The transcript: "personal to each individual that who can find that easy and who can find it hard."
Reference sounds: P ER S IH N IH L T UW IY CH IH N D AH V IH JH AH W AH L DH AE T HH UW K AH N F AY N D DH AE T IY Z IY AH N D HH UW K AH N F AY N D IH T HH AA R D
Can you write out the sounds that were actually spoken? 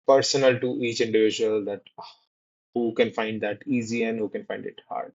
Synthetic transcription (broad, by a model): P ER S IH N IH L T UW IY CH IH N D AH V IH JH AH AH L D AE T HH UW K AH N F AY N D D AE T IY Z IY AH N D HH UW K AH N F AY N D IH T HH AA R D